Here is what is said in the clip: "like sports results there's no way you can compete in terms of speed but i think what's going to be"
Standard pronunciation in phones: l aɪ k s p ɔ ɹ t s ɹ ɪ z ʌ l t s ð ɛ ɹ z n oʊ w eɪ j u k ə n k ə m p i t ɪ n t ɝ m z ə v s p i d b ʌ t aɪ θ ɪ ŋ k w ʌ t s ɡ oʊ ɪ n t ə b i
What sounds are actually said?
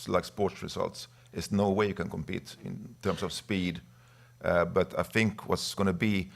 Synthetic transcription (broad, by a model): l aɪ k s p ɔ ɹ t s ɹ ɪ s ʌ l t s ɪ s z n oʊ w eɪ j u k ə n k ə m p i t ɪ n t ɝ m s ə v s p i d b ʌ t aɪ θ ɪ ŋ k w ʌ t s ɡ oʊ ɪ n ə b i